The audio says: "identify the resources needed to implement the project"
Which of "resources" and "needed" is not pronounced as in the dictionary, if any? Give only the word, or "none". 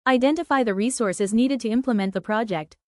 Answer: none